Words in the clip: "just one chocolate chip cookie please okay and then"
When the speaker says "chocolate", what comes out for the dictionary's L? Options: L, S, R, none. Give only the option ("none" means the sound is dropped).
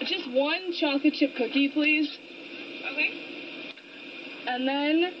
none